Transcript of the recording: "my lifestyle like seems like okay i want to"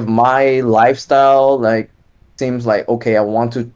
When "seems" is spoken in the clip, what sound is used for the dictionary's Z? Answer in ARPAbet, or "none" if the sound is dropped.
Z